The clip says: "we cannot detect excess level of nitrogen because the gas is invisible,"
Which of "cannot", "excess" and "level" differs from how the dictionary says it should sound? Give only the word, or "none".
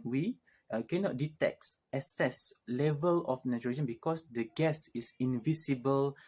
excess